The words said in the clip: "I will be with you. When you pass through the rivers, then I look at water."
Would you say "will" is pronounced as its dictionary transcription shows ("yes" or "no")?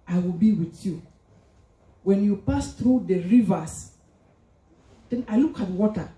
yes